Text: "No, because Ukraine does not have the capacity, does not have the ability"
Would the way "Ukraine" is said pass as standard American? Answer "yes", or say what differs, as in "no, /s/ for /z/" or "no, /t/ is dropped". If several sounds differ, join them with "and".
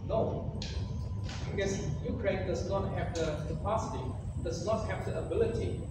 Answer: yes